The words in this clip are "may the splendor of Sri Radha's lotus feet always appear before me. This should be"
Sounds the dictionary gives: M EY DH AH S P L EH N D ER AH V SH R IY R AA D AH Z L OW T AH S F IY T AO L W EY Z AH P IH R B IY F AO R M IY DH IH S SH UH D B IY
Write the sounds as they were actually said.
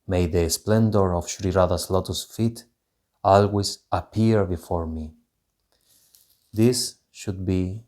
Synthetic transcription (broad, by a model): M EY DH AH S P L EH N D ER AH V SH R IY R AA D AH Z L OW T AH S F IY T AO L W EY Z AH P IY R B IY F AO R M IY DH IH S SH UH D B IY